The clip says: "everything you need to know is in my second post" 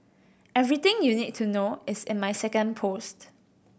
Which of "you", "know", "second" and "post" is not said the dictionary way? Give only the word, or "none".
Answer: none